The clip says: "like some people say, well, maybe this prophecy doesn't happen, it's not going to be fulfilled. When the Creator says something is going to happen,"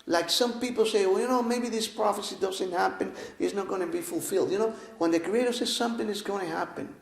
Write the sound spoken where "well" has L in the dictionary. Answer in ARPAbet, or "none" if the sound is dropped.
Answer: N